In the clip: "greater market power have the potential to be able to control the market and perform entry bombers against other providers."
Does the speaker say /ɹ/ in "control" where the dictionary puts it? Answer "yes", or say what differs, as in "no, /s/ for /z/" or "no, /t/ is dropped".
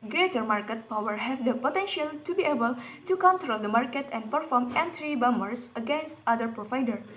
yes